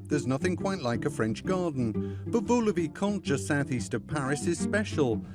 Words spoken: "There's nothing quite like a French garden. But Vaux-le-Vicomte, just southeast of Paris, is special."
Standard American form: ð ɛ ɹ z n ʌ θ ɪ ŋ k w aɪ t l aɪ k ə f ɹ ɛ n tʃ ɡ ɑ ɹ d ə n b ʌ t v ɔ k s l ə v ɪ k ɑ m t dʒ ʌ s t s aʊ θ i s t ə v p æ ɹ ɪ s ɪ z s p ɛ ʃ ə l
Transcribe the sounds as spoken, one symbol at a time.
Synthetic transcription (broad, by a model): ð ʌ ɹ z n ʌ θ ɪ ŋ k w aɪ t l aɪ k ə f ɹ ɛ n tʃ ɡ ɑ ɹ d n b ʌ t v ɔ l ə v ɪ k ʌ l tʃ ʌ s s aʊ θ i s t ə v p æ ɹ ɪ s ɪ z s p ɛ ʃ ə l